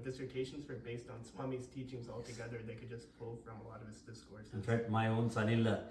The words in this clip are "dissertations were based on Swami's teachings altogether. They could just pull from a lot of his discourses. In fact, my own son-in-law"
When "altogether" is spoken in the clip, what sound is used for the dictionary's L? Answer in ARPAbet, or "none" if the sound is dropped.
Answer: L